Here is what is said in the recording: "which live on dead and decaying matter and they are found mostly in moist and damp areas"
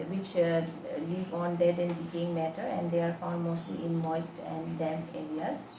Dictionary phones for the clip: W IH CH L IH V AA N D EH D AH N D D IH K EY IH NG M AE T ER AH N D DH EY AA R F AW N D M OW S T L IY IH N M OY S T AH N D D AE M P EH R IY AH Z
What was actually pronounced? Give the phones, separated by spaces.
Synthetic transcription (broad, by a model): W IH CH L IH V AA N D EH D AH N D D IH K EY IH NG M AE T ER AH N D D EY AA R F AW D M OW S T L IY IH N M OY S T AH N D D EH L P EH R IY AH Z